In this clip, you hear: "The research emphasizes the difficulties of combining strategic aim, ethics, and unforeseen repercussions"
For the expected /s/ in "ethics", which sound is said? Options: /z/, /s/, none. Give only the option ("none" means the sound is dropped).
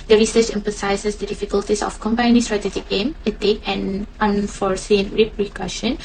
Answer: none